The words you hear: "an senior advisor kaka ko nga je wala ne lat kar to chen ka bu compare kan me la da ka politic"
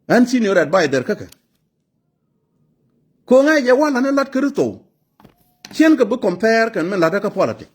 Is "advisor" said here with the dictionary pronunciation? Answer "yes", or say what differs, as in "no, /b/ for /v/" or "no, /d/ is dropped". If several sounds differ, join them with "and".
no, /b/ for /v/